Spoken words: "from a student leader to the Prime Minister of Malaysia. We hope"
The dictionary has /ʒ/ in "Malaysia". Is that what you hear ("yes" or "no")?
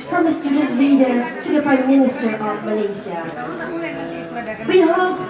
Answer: no